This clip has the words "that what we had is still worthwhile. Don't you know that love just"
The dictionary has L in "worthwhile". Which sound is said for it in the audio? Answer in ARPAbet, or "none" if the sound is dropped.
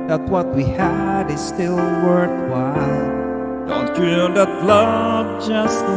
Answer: N